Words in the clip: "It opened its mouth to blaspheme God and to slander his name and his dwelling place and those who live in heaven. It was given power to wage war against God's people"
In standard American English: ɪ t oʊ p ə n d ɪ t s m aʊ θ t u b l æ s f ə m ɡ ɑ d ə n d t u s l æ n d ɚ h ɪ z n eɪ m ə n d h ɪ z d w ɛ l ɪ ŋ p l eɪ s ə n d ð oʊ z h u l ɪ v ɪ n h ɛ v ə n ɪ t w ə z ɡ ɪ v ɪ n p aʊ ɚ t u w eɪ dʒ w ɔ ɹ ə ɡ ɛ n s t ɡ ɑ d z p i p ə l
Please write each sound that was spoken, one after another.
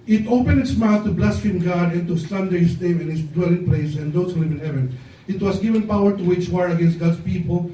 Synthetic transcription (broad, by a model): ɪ t oʊ p ə n d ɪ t s m aʊ θ t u b l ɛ s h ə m ɡ ɑ d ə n t u s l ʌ n d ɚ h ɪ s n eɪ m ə n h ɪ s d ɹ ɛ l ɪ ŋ p l eɪ s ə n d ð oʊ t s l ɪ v ɪ n h ɛ v ə n ɪ t w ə s ɡ ɪ v ɪ n p aʊ ɚ t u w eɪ tʃ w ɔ ɹ ə ɡ ɛ n s t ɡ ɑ d s p i p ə l